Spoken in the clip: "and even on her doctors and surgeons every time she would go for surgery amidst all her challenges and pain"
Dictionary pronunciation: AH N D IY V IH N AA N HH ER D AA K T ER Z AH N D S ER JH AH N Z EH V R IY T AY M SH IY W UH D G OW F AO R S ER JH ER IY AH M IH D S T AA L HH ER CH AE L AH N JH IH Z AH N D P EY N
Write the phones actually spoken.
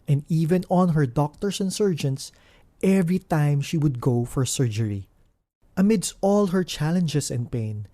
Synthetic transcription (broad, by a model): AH N D IY V IH N AA N HH ER D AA K T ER S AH N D S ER JH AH N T EH V R IY T AY M SH IY W UH D G OW F AO R S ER JH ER IY AH M IH D S T AA L HH ER CH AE L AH N JH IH S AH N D P EY N